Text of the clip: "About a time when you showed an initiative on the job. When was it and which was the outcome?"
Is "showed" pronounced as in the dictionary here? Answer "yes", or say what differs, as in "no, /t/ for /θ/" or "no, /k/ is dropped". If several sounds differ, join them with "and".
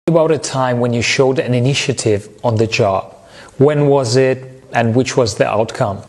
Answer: yes